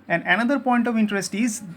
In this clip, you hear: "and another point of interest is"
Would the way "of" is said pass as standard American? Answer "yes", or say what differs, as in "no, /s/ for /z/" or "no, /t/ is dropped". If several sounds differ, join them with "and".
yes